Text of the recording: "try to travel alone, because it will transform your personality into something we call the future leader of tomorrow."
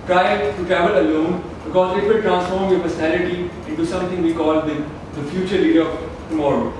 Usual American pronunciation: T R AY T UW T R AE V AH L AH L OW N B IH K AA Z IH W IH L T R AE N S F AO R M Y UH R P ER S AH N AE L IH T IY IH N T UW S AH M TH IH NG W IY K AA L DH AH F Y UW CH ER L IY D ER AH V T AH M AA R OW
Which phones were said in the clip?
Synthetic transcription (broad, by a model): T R AY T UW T AE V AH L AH L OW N B IH K AA Z IH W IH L T R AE N S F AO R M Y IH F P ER S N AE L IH T IY IH N T UW S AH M T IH NG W IY K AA L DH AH F Y UW CH ER L IY D ER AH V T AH M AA R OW